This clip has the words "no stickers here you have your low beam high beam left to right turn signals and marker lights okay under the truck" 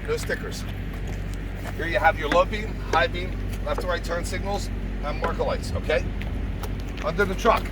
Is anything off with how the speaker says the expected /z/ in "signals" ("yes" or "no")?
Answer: no